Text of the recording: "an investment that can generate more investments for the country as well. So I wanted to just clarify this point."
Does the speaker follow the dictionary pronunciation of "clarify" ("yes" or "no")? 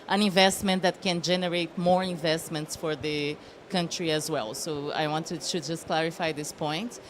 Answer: yes